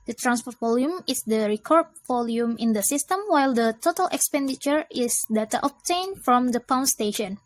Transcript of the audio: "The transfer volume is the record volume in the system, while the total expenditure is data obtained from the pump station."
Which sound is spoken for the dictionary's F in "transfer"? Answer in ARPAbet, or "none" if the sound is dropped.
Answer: P